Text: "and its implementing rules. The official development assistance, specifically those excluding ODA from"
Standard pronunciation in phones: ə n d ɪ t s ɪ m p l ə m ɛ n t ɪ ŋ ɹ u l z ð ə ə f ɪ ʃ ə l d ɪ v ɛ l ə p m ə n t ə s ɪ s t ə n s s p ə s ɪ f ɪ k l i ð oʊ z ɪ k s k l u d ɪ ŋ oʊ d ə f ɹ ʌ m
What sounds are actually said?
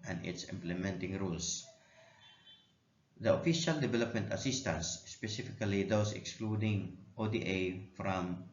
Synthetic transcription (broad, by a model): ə n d ɪ t s ɪ m p l ə m ɛ n t ɪ ŋ ɹ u l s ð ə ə f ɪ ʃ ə l d ɪ v ɛ l ə p m ə n t ə s ɪ s t ə n s s p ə s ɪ f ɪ k l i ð oʊ s ɪ k s k l u d ɪ ŋ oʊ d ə f ɹ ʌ m